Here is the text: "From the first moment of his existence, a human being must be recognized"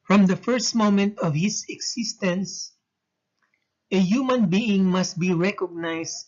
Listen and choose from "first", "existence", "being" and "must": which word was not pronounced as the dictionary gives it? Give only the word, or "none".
existence